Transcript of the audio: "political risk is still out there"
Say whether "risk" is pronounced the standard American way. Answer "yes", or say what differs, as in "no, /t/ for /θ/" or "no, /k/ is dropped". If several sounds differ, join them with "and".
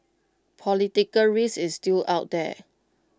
no, /k/ is dropped